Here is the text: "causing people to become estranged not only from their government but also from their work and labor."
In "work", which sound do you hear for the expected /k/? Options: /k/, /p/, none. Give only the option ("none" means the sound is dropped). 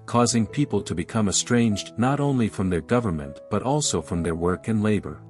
/k/